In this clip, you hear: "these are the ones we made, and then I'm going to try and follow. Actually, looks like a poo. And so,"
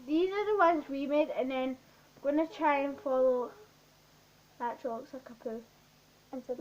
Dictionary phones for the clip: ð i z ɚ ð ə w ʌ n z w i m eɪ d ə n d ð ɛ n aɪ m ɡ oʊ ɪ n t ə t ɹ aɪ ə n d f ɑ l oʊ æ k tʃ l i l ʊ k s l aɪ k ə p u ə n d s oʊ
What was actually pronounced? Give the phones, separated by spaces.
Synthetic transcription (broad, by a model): ð i z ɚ ð ə w ʌ n z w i m eɪ d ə n ð ɛ n ɡ oʊ ɪ n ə t ɹ aɪ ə n f ɑ l oʊ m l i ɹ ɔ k s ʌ k ə p u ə n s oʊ